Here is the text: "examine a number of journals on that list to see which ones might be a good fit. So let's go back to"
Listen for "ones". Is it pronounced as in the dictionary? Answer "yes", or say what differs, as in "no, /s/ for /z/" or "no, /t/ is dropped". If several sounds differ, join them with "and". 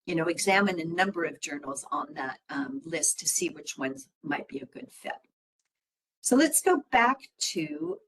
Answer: yes